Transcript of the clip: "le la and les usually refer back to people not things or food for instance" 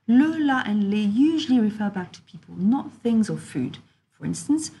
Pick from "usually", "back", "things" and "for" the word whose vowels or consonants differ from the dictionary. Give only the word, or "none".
none